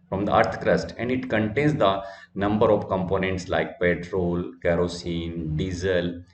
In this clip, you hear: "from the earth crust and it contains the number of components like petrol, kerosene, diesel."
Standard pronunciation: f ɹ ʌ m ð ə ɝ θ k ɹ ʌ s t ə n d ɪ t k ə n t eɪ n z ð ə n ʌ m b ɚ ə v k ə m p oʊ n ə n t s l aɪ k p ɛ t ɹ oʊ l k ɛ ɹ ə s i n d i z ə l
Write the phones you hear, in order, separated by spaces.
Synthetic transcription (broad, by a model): f ɹ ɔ m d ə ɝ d k ɹ ʌ s t ə n d ɪ t k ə n t eɪ n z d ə n ʌ m b ɚ ə v k ə m p oʊ n ə n t s l aɪ k p ɛ t ɹ oʊ l k ɛ ɹ ə s i n d i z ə l